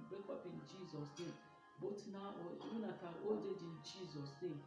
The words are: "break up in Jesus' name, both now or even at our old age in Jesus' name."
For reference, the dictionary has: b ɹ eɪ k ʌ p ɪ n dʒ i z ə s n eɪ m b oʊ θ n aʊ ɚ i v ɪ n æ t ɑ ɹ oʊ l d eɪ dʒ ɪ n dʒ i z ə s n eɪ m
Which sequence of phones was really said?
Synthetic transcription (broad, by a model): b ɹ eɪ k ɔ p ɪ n dʒ i z ə s n eɪ m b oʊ t n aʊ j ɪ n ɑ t ɑ ɹ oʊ d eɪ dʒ ɪ n dʒ i z ə s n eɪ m